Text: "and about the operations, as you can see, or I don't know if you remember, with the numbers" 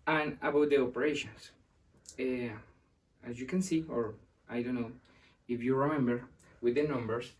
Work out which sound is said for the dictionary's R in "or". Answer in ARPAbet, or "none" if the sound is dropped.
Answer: R